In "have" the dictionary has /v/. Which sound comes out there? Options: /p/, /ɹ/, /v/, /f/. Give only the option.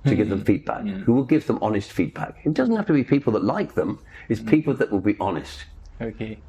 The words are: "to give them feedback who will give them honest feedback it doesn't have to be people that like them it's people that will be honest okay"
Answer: /f/